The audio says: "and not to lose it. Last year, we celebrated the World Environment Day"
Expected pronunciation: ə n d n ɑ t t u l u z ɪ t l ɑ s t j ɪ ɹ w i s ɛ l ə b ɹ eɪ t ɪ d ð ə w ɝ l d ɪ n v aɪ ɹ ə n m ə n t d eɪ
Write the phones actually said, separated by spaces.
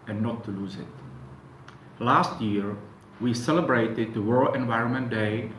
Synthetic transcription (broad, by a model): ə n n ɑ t t u l u z ɪ t l ɑ s t j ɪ ɹ w i s ɛ l ə b ɹ eɪ t ɪ d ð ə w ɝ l ɪ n v aɪ ɹ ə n m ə n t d eɪ